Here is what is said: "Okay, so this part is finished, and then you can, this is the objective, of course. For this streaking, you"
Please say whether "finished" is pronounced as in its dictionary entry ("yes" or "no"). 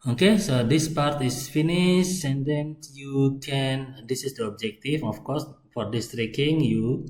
no